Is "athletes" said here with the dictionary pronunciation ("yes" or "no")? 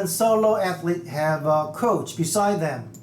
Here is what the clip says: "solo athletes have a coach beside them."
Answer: no